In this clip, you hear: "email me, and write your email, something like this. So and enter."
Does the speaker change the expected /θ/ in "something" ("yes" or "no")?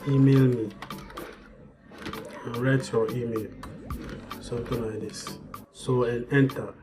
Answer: yes